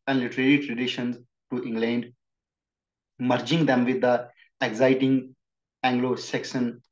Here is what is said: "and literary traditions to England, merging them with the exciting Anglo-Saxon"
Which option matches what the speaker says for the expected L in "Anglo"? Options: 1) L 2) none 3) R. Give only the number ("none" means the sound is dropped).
1